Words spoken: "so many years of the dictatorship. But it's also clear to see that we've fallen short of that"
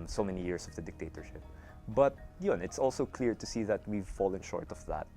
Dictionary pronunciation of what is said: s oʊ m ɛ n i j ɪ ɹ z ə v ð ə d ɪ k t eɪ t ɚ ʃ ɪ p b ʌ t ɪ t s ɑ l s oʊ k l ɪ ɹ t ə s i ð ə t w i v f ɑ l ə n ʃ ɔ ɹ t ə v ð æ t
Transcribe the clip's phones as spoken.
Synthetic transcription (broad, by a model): s oʊ m ɛ n i j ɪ ɹ s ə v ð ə d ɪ k t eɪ t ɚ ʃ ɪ p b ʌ t ɪ t s ɑ l s oʊ k l ɪ ɹ t ə s i ð ə t w i v f ɑ l ə n ʃ ɔ ɹ t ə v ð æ t